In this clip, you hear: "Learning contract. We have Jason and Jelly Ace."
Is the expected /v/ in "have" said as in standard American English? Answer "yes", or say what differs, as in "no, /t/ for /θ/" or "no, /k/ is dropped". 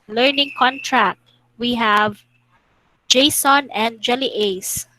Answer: yes